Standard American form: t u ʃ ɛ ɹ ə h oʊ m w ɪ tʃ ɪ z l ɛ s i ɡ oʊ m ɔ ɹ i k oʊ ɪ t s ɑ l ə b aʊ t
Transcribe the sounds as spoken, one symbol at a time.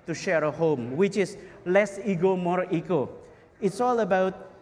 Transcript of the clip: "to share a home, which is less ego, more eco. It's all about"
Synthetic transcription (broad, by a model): t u ʃ ɛ ɹ ə h oʊ m w ɪ tʃ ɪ s l ɛ s i ɡ oʊ m ɔ ɹ i k oʊ ɪ t s ɑ l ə b aʊ t